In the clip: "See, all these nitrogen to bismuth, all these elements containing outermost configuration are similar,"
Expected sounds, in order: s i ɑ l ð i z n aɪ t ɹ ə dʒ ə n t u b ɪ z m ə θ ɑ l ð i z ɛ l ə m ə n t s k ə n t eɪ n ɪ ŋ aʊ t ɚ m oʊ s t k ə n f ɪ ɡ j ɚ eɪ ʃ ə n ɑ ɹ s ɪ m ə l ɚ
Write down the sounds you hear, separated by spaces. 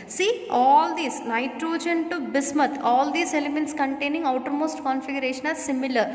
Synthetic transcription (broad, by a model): s i ɑ l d i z n aɪ t ɹ ə dʒ ə n t u b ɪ s m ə t ɑ l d i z ɛ l ə m ə n t s k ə n t eɪ n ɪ ŋ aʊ t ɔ m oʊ s t k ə n f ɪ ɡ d eɪ ʃ ə n ɑ ɹ s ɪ m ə l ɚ